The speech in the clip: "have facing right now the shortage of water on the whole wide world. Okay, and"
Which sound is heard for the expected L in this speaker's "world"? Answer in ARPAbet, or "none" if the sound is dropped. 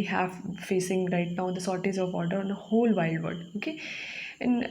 none